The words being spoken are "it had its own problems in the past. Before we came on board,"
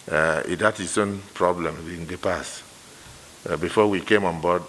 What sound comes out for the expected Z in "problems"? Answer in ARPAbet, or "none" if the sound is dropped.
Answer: none